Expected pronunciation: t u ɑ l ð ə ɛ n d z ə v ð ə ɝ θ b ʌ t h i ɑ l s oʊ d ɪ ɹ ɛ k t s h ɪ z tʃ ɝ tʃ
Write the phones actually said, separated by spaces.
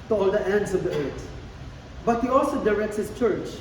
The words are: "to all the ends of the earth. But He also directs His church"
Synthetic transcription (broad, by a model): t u ɑ l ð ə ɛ n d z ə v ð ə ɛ t b ʌ t h i ɑ l s oʊ d ɪ ɹ ɛ k t s h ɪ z tʃ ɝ tʃ